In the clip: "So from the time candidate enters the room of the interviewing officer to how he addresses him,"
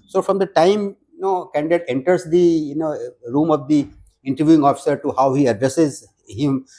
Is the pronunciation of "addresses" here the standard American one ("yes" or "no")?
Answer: yes